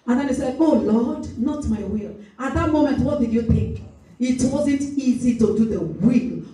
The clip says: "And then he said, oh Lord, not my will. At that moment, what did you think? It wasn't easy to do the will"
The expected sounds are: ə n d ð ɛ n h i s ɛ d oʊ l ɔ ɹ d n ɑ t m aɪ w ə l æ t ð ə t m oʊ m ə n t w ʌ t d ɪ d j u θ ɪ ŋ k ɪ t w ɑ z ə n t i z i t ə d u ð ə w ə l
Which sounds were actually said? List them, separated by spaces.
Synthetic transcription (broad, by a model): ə n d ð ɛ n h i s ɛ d oʊ l ɔ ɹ d n ɑ t m aɪ w ə l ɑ t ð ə t m oʊ m ə n t w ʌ t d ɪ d j u θ ɪ ŋ k ɪ t w ɑ z ə n t i z i t ə d u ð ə w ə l